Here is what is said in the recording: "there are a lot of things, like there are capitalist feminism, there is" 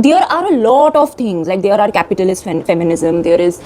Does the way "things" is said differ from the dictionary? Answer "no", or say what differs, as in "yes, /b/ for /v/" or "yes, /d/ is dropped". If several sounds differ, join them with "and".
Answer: yes, /t/ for /θ/